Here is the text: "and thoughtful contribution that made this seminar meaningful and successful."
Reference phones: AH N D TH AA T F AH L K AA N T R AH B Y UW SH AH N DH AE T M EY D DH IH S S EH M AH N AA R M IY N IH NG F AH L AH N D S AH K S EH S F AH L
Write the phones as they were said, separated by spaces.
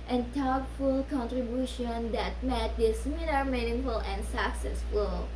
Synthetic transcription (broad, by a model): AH N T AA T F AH L K AA N T R AH B Y UW SH AH N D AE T M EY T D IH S S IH M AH L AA R M IY N IH NG F AH L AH N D S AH K S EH S F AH L